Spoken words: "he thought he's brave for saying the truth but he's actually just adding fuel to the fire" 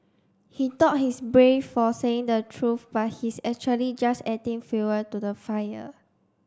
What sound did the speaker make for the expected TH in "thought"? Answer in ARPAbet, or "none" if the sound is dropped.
T